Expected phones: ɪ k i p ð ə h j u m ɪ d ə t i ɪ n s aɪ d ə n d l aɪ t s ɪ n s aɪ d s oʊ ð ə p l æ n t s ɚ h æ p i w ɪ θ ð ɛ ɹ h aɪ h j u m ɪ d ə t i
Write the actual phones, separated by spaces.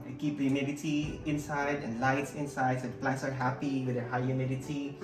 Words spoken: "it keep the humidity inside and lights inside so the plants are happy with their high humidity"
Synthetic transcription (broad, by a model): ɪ k i p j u m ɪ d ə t i ɪ n s aɪ d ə n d l aɪ t s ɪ n s aɪ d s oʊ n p l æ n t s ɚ h æ p i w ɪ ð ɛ h aɪ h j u m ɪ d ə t i